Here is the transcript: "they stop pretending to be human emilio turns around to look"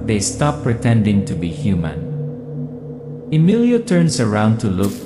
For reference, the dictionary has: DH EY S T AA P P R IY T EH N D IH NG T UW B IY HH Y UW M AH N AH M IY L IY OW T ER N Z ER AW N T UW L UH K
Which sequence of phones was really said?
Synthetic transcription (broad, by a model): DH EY S T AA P P R IY T EH N D IH NG T UW B IY HH Y UW M AH N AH M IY L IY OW T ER N S ER AW N T UW L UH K